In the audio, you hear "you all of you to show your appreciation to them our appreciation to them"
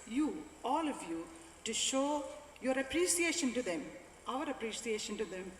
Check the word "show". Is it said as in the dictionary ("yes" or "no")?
yes